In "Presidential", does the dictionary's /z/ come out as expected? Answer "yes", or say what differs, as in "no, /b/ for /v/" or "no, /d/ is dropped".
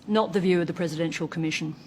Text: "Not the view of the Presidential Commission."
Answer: yes